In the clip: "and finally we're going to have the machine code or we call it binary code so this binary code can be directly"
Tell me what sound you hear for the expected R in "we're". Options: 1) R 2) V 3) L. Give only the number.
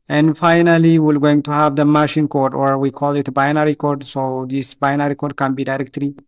3